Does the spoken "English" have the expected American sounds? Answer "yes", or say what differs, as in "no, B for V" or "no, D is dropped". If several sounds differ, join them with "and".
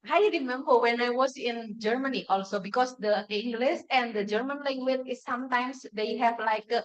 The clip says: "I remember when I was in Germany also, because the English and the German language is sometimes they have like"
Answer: no, S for SH